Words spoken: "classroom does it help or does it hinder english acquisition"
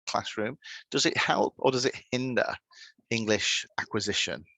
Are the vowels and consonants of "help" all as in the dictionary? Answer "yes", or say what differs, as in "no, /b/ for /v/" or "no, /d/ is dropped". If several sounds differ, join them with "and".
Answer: yes